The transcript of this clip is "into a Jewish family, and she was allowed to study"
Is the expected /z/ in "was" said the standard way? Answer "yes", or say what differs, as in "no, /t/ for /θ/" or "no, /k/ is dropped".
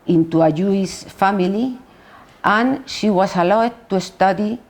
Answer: no, /s/ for /z/